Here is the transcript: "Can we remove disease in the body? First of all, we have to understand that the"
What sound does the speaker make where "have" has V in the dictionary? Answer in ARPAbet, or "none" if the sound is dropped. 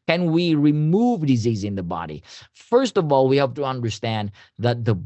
P